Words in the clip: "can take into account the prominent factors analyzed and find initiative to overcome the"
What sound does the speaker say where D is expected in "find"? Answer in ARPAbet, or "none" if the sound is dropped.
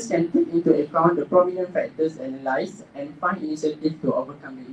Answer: none